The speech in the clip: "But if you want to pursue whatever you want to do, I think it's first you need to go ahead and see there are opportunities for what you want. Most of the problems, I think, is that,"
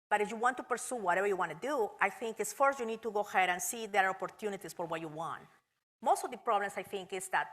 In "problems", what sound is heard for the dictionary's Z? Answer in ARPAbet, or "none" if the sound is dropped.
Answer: S